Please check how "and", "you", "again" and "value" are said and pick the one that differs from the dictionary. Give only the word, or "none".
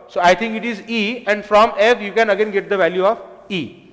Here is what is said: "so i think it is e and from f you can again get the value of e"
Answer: none